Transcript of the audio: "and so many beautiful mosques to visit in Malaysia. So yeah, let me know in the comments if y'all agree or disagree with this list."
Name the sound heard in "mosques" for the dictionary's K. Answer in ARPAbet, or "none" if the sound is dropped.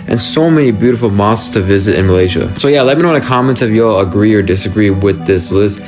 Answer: none